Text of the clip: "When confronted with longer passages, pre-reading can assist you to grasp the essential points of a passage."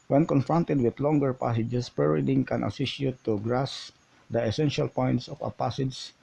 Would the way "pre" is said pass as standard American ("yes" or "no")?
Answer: no